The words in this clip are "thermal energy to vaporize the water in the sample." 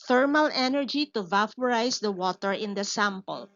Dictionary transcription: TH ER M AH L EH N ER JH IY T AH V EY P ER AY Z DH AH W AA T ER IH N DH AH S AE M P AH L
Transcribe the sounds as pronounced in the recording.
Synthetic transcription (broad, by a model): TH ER M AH L EH N ER JH IY T AH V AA F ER AY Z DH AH W AA T ER IH N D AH S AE M P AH L